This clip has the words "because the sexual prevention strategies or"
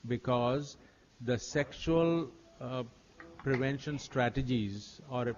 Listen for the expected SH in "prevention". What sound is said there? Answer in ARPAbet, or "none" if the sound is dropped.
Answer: SH